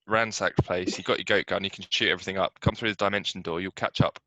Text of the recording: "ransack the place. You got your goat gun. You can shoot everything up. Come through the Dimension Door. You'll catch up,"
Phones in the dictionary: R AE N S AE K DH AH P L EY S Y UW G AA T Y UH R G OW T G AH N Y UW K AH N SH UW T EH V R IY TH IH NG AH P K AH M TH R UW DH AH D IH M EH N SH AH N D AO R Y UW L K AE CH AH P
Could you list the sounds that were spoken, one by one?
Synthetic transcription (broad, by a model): R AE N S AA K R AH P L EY S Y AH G AA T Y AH G OW T G AH N Y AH K AH N SH UW T EH V R IY TH IH NG AH P K AH M TH R UW DH AH D IH M EH N SH AH N D AO Y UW L K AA CH AH P